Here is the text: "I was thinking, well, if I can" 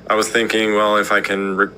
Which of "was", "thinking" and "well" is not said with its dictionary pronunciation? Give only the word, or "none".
none